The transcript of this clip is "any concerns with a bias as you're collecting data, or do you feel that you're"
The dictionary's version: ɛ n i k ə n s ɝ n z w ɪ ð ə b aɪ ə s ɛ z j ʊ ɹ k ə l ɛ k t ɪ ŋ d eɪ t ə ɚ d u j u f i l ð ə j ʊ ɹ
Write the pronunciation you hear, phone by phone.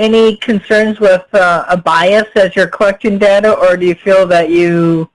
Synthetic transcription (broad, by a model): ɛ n i k ə n s ɝ n z w ɪ ð ə b aɪ ə s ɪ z j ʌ ɹ k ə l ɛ k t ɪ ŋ d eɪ t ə ɚ d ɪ j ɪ f i l ð ə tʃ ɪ